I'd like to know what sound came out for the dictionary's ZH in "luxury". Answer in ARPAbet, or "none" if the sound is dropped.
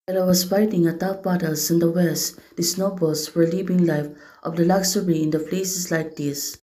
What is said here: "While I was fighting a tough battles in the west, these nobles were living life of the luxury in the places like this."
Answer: S